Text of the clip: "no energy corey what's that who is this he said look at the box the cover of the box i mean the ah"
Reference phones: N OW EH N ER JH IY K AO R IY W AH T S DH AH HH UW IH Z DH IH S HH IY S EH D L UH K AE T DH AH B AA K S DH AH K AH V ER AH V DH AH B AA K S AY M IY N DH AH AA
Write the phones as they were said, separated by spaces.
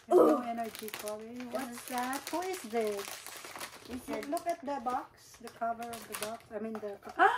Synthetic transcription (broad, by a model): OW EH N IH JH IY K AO L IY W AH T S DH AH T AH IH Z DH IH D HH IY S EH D L UH K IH T DH AH B AA K S DH AH K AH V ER AH V DH AH B AA K S AY M IY N DH AH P